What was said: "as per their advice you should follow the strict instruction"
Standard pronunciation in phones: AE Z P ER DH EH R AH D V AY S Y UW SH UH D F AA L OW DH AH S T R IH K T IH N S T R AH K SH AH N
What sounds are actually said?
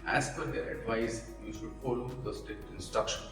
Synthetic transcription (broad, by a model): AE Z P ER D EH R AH D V AY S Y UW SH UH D F AA L OW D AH S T IH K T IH N S T R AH K SH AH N